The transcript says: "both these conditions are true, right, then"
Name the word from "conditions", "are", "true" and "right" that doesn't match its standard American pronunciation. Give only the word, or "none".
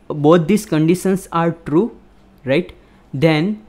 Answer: conditions